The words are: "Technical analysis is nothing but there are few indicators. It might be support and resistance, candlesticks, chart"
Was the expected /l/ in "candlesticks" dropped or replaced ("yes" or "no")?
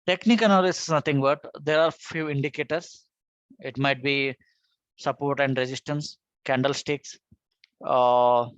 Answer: no